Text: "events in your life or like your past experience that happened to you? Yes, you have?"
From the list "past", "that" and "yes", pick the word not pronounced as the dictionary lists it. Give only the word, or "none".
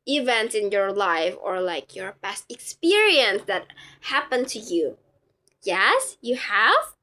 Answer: past